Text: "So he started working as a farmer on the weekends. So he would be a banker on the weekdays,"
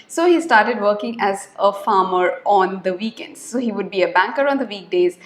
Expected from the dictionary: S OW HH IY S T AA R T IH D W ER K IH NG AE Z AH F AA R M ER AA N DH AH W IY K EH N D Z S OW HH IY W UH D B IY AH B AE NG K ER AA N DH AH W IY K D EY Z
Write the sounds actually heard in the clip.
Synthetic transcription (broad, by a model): S OW HH IY S T AA R T IH D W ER K IH NG AE Z AH F AA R M ER AA N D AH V IY K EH N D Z S OW HH IY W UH D B IY AH B AE NG K ER AA N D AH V IY K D EY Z